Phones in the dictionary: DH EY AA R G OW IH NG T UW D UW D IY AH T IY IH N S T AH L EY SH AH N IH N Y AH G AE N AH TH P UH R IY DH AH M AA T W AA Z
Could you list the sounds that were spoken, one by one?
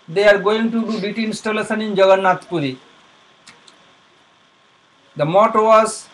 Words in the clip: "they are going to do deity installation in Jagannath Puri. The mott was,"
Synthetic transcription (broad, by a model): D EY AA R G OW IH NG T UW D UW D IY T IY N S T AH L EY S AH N IH N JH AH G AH N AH T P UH R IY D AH M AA T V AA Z